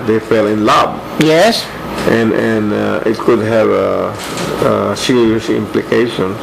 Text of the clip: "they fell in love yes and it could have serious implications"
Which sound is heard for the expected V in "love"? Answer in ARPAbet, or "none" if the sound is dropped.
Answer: B